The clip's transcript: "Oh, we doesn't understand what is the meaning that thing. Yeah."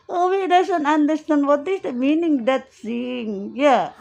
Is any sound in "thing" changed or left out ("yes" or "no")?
yes